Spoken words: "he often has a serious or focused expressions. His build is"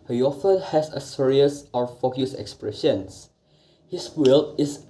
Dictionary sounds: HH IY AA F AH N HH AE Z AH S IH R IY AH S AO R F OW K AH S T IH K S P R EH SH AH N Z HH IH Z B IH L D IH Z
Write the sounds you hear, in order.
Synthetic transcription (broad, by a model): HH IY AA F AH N HH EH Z AH S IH R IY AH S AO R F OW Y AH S IH K S P R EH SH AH N S HH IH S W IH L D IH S